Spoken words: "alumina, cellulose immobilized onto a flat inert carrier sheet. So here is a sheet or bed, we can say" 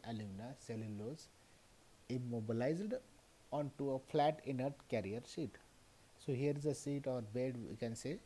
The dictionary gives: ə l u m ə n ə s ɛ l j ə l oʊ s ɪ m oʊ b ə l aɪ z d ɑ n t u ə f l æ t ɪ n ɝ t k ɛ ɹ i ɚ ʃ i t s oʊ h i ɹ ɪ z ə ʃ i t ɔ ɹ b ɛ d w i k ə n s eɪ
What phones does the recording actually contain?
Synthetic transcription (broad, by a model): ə l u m n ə s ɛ l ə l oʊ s ɪ m oʊ b ə l aɪ z d ɑ n t u ə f l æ t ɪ n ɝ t k ɛ ɹ i ɚ s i t s oʊ h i ɹ ɪ z ə s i t ɔ ɹ b ɛ d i k ə n s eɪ